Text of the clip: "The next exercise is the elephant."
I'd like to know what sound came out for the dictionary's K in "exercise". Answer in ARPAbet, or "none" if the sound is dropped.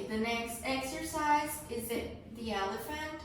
K